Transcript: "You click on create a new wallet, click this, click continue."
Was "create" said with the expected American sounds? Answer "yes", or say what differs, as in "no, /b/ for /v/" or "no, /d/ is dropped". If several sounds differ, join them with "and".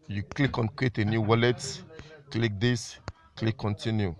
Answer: no, /w/ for /ɹ/